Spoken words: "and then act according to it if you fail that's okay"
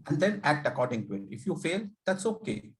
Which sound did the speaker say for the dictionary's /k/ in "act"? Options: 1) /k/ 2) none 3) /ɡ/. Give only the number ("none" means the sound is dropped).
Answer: 1